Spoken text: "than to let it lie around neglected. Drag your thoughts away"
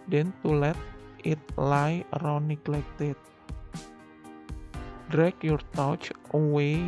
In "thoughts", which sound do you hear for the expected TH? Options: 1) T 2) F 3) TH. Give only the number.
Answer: 1